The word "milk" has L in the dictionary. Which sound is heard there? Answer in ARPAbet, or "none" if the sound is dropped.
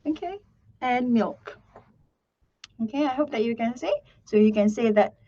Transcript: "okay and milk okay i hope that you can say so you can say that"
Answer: L